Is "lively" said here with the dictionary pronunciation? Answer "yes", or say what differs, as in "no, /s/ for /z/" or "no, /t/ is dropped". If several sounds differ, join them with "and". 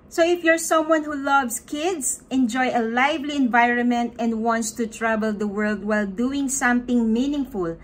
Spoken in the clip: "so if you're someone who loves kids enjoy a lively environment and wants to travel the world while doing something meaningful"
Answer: yes